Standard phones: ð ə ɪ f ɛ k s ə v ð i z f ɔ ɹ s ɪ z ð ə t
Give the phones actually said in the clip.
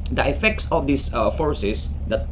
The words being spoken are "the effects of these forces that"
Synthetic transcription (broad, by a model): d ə ɪ f ɛ k s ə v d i s f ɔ ɹ s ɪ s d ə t